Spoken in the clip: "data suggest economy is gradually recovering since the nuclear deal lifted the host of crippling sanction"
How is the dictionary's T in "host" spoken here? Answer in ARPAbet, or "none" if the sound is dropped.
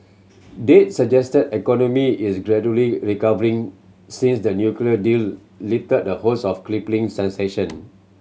none